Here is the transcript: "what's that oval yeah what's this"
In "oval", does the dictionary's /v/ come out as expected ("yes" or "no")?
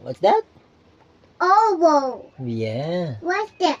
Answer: no